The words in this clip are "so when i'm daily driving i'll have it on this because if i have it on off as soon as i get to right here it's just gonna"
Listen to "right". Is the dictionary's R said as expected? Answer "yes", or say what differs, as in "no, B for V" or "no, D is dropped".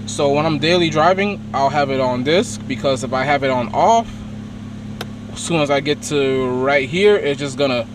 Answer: yes